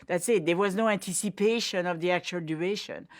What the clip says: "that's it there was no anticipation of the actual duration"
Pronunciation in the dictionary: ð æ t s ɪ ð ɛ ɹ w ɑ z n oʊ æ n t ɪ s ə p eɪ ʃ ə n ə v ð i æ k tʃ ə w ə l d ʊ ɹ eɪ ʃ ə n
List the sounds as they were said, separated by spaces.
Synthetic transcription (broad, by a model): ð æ t s ɪ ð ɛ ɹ w ɑ z n oʊ æ n t ɪ s ə p eɪ ʃ ə n ə v ð i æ k tʃ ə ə l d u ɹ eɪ ʃ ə n